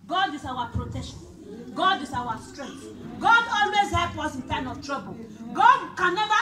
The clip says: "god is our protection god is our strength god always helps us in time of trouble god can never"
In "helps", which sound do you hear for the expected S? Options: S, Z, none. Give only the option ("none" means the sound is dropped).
none